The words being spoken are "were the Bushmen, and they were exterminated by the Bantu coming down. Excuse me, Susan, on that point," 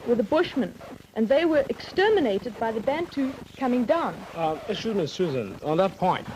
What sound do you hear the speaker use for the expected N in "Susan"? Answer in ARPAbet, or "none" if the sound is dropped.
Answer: N